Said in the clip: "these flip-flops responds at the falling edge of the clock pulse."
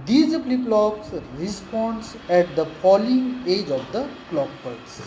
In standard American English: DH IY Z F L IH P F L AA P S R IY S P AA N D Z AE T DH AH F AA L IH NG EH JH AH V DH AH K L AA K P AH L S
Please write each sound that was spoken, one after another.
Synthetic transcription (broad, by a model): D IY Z P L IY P L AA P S R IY S P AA N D S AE T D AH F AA L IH NG EH JH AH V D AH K L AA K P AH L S